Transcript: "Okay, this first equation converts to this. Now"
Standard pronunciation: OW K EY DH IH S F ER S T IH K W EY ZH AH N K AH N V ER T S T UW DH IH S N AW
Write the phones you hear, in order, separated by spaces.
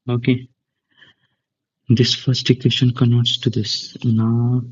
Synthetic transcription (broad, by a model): OW K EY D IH S F ER S T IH K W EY SH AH N K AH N ER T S T UW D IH S N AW